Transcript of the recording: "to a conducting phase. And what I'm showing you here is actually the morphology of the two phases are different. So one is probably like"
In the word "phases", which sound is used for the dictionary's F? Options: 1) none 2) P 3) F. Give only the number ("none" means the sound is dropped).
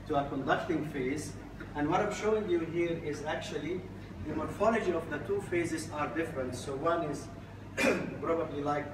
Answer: 3